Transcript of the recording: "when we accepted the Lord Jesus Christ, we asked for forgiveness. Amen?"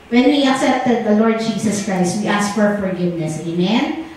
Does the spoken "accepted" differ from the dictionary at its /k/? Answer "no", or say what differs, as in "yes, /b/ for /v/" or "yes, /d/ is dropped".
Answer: no